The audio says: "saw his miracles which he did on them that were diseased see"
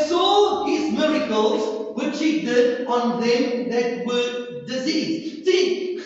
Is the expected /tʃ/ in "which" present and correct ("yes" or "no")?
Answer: yes